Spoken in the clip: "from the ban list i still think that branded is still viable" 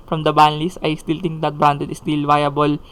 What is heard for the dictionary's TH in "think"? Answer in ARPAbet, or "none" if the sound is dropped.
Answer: T